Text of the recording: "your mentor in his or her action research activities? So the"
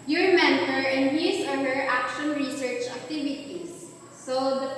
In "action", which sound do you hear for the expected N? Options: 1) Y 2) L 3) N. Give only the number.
3